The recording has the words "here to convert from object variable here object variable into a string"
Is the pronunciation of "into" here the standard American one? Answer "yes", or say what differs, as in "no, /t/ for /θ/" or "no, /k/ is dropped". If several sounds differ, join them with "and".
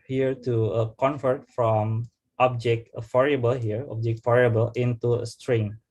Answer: yes